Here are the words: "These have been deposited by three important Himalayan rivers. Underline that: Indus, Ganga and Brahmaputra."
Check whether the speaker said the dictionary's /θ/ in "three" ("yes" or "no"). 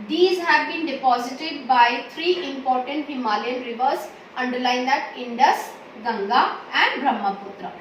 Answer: no